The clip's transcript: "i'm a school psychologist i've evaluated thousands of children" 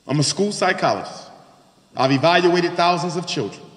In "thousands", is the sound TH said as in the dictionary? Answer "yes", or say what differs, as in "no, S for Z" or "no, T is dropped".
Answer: yes